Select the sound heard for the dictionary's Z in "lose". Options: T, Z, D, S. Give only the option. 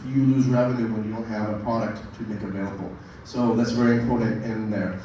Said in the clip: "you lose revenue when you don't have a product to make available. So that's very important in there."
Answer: Z